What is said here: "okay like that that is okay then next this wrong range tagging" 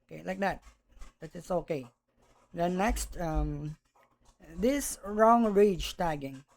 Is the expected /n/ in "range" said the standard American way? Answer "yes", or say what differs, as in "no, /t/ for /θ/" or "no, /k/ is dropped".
no, /n/ is dropped